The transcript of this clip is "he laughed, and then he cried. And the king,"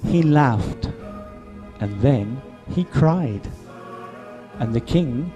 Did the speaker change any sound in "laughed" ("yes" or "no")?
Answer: no